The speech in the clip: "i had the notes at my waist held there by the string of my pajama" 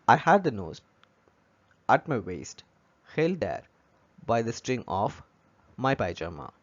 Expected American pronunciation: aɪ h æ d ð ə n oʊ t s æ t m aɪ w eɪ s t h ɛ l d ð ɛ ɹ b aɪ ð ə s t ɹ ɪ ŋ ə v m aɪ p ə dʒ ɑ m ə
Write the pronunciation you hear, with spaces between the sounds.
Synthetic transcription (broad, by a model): aɪ h æ d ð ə n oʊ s æ t m aɪ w eɪ s t h ɛ l d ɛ ɹ b aɪ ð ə s t ɹ ɪ ŋ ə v m aɪ p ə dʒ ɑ m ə